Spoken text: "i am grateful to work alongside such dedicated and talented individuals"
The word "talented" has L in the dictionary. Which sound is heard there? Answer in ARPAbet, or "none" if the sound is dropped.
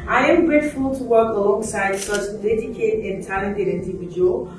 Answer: none